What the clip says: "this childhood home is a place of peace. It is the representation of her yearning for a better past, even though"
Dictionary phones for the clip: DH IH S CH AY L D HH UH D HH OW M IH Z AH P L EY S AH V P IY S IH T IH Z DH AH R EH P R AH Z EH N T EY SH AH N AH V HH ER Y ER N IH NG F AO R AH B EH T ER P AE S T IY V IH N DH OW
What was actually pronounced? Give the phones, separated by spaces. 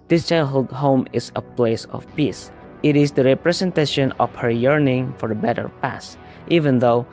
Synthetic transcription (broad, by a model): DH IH S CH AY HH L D HH OW M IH S AH P L EY S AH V P IY S IH T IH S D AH R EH P R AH S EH N T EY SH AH N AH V HH ER Y ER N IH NG F AO R AH B EH T ER P AE S T IY V IH N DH OW